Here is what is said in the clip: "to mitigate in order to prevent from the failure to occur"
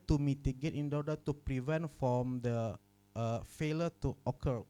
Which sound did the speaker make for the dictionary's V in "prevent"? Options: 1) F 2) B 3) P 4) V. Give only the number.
4